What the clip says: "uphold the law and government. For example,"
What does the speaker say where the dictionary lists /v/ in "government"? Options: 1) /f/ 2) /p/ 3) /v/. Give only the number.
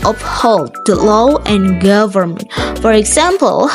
3